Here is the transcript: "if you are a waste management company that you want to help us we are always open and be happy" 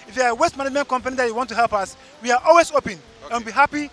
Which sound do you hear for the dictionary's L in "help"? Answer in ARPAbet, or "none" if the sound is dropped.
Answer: L